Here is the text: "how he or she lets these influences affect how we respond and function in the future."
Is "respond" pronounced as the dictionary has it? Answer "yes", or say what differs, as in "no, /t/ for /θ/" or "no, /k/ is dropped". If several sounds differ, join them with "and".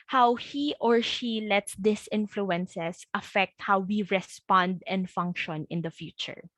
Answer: yes